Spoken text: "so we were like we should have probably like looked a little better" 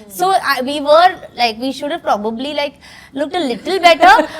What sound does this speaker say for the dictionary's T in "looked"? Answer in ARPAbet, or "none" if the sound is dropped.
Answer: T